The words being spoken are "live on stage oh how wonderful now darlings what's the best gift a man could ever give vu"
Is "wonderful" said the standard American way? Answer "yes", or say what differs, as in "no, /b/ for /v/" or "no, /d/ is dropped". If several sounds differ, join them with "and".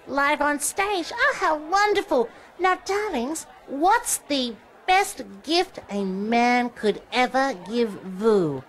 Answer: yes